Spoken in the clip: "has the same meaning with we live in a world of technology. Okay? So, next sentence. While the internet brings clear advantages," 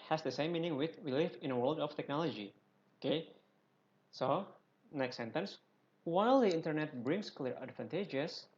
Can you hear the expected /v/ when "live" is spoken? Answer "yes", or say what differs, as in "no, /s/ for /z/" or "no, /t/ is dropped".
no, /f/ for /v/